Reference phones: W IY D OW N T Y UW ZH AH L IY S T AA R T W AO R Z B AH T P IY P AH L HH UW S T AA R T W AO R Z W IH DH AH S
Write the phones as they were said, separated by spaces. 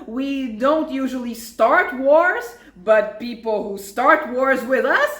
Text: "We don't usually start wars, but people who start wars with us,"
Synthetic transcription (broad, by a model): W IY D OW N T Y UW ZH AH L IY S T AA R T W AO R Z B AH T P IY P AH L HH UW S T AA R T W AO R Z W IH DH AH S